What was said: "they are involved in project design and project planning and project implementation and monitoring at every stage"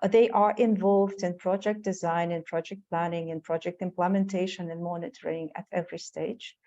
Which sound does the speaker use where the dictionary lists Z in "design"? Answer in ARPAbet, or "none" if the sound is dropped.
Z